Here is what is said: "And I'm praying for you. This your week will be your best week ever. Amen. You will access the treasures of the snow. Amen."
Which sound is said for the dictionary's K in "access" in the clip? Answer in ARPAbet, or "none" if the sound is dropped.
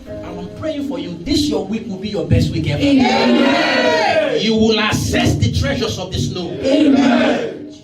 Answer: none